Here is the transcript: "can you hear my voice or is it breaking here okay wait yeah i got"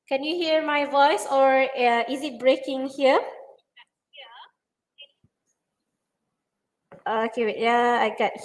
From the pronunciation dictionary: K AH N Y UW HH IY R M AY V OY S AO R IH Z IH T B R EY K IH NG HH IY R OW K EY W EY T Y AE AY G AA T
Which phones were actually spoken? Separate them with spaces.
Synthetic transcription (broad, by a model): K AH N Y UW HH IY R M AY V OY S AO R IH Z IH T B R EY K IH NG HH IY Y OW AO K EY Y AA AY G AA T